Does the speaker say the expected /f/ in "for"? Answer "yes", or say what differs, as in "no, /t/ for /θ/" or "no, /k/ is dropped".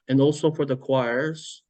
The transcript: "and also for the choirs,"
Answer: yes